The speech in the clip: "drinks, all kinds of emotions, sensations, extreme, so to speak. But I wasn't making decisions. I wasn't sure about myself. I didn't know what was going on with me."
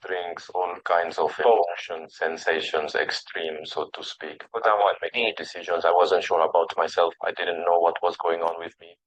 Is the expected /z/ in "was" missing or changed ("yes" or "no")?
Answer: no